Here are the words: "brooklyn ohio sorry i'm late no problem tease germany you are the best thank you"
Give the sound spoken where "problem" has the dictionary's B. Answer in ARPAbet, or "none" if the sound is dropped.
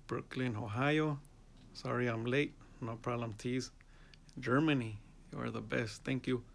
none